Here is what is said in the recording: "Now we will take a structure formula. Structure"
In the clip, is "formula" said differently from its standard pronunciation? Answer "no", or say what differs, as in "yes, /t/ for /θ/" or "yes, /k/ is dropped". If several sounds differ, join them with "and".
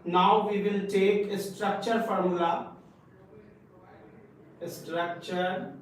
yes, /l/ is dropped